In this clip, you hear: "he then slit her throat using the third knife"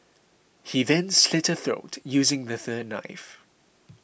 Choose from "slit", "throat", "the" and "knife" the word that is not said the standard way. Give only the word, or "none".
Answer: none